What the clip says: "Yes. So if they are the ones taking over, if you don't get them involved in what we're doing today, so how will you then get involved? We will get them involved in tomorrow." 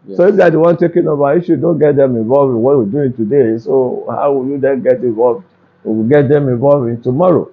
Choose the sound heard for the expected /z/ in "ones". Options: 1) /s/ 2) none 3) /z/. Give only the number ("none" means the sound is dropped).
2